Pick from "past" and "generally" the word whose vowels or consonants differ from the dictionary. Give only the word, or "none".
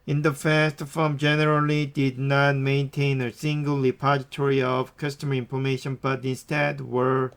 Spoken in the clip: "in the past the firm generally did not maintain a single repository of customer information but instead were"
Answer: past